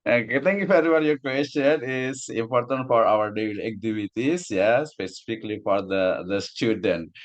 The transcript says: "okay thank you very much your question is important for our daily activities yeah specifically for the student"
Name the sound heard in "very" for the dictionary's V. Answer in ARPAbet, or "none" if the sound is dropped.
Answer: F